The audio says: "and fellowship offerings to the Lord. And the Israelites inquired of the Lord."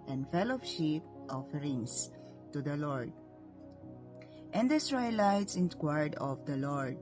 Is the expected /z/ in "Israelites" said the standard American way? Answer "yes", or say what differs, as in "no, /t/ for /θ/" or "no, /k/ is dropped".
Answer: no, /s/ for /z/